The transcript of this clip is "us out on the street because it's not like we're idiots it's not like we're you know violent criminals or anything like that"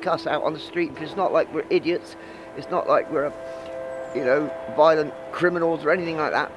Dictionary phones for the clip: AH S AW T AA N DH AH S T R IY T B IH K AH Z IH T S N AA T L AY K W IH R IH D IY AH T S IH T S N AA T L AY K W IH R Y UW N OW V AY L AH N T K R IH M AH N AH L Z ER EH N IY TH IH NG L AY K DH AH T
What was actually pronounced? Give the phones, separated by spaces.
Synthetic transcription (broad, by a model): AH S AW T N DH AH S T R IY T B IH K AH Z IH T S N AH T L AY K W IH R IH D IY AH T S IH T S N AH T L AY K W IH R Y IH N OW V AY L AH N K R IH M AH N L Z ER EH N IY TH IH NG L AY K DH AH T